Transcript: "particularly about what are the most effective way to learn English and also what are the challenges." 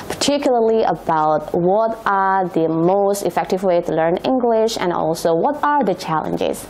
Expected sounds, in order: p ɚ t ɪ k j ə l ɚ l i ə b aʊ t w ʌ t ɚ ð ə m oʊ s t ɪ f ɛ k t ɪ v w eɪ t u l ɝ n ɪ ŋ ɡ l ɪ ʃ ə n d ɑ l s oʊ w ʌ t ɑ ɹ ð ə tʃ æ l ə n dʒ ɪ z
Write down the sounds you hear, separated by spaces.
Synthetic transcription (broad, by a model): p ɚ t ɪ k j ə l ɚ l i ə b aʊ t w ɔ t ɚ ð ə m oʊ s t ɪ f ɛ k t ɪ v w eɪ t u l ɝ n ɪ ŋ ɡ l ɪ ʃ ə n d ɑ l s oʊ w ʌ t ɑ ɹ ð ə tʃ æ l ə n dʒ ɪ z